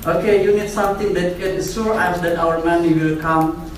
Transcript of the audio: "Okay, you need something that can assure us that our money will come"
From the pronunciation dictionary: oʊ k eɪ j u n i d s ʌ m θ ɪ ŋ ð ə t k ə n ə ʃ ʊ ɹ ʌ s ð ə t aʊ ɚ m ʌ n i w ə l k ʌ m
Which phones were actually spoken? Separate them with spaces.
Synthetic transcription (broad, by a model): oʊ k eɪ j u n i d s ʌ m t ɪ ŋ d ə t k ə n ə s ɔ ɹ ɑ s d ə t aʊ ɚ m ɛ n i w ə l k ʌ m